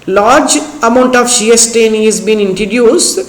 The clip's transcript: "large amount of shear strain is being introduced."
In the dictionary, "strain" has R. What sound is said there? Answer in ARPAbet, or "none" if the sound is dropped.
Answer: none